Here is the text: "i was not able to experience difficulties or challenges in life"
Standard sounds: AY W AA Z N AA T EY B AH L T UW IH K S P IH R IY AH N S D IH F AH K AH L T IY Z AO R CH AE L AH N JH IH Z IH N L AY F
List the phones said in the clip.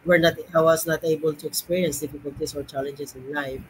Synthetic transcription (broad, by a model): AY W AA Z N AA T EY B AH L T UW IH K S P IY R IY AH N S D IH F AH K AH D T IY S AO R CH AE L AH N JH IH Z IH N L AY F